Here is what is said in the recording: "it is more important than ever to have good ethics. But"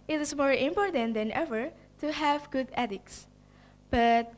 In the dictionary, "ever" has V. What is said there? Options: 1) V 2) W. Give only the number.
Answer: 1